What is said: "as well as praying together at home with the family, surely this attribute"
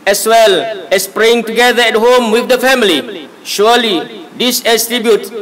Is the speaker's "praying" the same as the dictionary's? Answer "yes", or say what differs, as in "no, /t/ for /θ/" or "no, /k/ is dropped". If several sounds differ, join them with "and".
yes